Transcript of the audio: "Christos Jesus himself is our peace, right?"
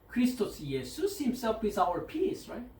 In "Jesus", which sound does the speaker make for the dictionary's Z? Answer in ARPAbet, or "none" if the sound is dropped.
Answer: S